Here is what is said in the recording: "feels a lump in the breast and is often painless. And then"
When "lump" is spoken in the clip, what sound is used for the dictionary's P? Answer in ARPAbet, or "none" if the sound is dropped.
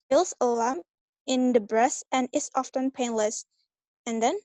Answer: none